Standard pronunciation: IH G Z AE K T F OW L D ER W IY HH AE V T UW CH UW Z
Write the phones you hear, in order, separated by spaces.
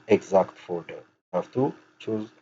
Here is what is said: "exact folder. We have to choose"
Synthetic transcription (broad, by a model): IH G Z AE K T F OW D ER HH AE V T UW CH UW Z